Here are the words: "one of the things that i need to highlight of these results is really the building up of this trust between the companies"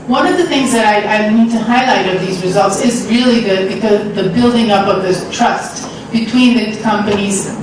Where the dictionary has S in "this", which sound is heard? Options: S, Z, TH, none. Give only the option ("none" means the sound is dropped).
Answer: none